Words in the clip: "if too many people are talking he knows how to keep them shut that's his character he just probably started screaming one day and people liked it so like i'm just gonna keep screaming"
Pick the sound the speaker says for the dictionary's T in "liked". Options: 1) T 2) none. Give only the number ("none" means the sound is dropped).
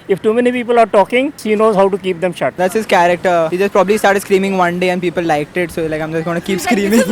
1